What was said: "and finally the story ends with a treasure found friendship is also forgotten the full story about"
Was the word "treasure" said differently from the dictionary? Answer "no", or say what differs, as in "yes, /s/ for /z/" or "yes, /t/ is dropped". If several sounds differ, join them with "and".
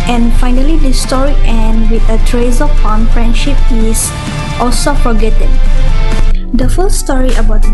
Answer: yes, /z/ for /ʒ/